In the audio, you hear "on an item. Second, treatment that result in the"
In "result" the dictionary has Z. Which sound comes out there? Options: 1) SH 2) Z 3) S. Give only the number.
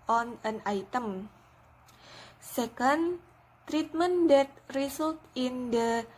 3